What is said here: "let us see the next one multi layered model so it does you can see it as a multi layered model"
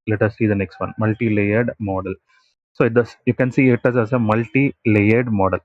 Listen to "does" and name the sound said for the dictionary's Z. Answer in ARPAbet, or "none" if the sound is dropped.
S